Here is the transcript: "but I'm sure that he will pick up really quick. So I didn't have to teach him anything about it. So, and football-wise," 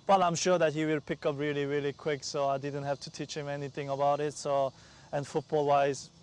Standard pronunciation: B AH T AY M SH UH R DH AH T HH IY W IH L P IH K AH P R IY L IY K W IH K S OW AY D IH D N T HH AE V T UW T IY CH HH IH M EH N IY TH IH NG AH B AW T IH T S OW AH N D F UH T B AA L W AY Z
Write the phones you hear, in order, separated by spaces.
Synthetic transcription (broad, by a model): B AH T AY M SH UH R DH AH T HH IY W IH L P IH K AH P R IY L IY K W IH K S OW AY D IH D N T HH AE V T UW T IY CH HH IH M EH N IY TH IH NG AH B AW T IH T S OW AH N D F UH T B AA L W AY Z